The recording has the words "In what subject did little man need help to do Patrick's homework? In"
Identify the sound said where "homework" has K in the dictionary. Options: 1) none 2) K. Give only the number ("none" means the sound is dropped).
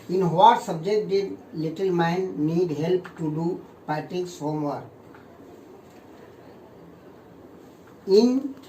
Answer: 1